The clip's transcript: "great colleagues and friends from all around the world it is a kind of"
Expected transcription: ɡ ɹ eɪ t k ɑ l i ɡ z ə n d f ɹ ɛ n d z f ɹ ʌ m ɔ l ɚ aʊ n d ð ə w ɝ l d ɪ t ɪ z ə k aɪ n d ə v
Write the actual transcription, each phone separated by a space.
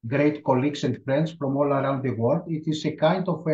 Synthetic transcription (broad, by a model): ɡ ɹ eɪ t k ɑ l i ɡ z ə n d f ɹ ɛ n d s f ɹ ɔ m ɔ l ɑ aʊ n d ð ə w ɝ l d ɪ t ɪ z ə k aɪ n d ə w